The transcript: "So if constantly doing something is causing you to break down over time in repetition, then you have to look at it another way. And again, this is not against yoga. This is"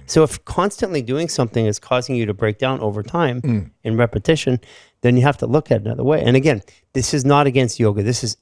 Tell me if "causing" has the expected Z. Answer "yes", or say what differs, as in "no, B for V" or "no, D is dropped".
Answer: yes